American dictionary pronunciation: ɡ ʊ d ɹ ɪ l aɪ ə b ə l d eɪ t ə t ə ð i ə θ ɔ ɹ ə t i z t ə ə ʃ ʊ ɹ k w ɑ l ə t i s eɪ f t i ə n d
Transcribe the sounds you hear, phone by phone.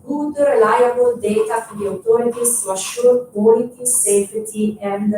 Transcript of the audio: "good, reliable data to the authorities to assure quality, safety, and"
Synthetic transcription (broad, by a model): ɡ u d ɹ ɪ l aɪ ə b ə l d eɪ t ə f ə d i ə t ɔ ɹ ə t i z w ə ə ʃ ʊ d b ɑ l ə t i s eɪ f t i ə n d